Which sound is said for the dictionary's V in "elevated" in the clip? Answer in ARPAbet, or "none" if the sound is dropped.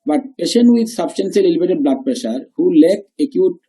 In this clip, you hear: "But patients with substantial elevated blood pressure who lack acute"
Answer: B